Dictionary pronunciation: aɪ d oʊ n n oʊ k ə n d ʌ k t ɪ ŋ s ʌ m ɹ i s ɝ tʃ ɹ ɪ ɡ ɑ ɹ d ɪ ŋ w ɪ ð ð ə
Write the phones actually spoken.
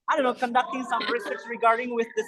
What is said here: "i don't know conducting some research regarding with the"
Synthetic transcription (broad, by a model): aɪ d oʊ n n oʊ k ə n d ʌ k t ɪ ŋ s ʌ m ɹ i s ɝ s ɹ ɪ ɡ ɑ ɹ d ɪ ŋ w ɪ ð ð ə